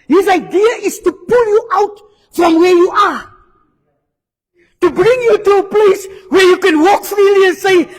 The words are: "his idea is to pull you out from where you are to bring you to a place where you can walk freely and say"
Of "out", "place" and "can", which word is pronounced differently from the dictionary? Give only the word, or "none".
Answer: none